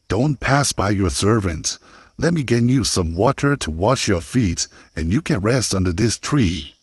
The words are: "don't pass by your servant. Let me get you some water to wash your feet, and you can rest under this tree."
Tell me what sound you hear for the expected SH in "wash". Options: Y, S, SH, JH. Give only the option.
SH